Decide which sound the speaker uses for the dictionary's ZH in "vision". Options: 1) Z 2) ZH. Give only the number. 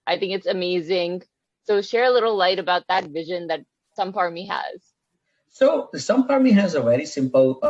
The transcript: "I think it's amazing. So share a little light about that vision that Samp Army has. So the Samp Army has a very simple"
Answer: 2